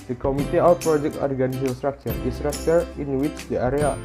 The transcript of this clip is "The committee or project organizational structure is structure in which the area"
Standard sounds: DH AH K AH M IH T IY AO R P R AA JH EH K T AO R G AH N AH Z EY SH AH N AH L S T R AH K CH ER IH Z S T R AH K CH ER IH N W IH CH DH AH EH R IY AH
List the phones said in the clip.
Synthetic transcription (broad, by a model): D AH K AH M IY T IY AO W P R AA JH EH K T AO R G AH N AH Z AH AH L S T R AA K CH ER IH S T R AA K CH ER IH N W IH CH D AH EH R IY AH